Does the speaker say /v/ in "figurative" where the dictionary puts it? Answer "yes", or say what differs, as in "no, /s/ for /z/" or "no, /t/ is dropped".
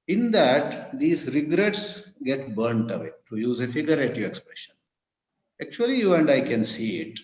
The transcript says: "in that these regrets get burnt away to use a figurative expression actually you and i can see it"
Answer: no, /v/ is dropped